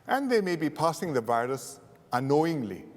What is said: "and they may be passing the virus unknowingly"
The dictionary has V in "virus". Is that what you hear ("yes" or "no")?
yes